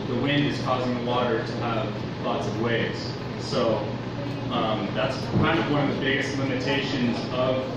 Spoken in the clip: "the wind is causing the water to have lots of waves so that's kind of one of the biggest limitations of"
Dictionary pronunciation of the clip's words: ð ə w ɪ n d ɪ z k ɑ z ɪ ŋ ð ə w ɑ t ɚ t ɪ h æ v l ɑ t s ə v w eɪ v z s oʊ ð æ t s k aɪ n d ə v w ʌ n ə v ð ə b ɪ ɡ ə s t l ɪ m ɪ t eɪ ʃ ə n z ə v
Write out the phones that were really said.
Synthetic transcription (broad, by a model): ð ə w ɪ n d ɪ z k ɑ z ɪ ŋ ð ə w ɑ t ɚ t ɪ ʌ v l ɑ t s ə v w eɪ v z s oʊ ð æ t s k aɪ n d ə v w ʌ n ə v ð ə b ɪ ɡ ə s t l ɪ m ɪ t eɪ ʃ ə n z ə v